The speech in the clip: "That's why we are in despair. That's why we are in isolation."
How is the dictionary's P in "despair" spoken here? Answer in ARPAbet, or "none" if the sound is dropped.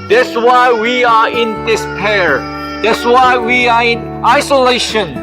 P